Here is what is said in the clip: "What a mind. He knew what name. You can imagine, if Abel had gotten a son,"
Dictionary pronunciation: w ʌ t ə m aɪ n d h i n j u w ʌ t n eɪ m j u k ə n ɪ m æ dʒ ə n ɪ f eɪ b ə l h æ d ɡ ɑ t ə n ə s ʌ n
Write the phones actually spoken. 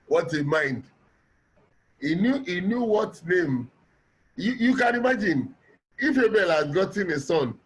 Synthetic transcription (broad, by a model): w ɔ t ə m aɪ n d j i n j u w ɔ t n eɪ m j u k ə n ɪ m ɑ dʒ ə n ɪ f eɪ b ə l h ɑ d ɡ ɑ t ə n ə s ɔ n